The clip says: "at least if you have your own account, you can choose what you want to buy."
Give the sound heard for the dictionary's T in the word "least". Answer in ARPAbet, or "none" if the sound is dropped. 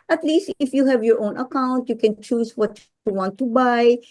T